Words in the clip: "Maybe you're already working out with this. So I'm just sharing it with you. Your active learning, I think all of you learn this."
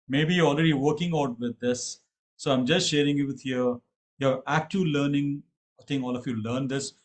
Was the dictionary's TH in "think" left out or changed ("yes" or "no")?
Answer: yes